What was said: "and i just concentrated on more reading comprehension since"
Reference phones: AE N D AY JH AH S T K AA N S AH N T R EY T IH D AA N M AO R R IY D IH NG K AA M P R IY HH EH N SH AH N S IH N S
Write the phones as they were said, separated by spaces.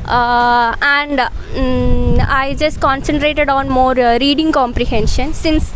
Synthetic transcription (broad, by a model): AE N D AY JH AH S T K AA N S AH N T R EY T IH D AA N M AO R R IY D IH NG K AA M P R IY HH EH N SH AH N S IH N S